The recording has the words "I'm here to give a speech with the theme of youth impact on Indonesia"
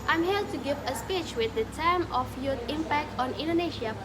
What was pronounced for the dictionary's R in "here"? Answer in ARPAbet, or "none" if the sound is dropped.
L